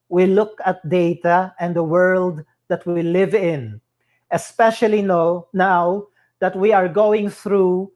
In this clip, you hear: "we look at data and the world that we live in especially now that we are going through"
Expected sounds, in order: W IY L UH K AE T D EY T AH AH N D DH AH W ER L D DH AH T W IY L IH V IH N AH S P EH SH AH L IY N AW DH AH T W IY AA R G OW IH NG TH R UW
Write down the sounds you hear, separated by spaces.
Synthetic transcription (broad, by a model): W IY L UH K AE T D EY T AH AH N D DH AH W ER L D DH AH T W IY L IH V IH N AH S P EH SH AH L IY N AW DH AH T W IY AA R G OW IH NG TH R UW